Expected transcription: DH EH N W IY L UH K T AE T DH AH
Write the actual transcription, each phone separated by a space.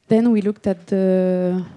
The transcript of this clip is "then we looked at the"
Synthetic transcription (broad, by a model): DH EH N W IY L UH K T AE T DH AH